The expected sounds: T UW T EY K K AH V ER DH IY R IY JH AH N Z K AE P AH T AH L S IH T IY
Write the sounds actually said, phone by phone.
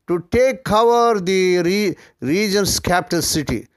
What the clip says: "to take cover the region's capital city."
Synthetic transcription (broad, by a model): T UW T EY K K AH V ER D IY R IY JH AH N S K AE P T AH N S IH T IY